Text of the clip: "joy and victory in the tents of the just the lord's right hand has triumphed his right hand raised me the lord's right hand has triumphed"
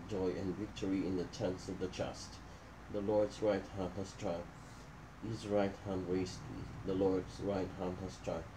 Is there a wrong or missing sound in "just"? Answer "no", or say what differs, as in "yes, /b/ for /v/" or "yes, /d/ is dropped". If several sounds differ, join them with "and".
yes, /tʃ/ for /dʒ/